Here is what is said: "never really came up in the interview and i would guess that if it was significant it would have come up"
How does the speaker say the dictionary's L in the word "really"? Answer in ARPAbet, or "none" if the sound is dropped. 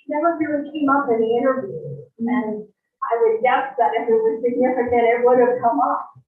none